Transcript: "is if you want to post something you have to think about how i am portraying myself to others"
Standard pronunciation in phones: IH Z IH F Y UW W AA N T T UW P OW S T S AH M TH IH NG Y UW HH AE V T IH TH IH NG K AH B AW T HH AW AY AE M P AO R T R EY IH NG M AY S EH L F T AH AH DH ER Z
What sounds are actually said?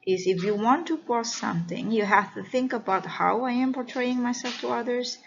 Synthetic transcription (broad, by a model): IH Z IH F Y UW W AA N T T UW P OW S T S AH M TH IH NG Y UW HH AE F T IH TH IH NG K AH B AW T HH AW AY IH M P AO R T R EY IH NG M AY S EH L F T AH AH DH ER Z